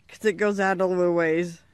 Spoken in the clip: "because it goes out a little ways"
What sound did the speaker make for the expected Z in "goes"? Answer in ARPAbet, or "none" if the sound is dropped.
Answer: Z